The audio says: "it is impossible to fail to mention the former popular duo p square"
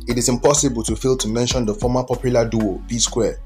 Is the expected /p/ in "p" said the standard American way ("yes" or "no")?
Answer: no